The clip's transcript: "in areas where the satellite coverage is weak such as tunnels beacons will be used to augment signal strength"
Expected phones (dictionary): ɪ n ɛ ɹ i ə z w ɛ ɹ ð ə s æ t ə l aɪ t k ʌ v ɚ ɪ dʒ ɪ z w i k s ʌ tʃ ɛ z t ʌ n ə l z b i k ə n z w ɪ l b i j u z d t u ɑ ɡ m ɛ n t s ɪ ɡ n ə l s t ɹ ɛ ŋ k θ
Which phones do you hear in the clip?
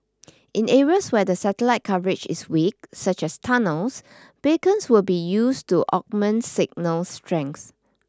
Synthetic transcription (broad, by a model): ɪ n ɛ ɹ i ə s w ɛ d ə s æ t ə l aɪ t k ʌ v ɚ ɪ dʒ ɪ s w i k s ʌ tʃ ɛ s t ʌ n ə l s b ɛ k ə n s w ɪ l b i j u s t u ɑ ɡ m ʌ n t s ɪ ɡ n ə l s t ɹ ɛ ŋ k s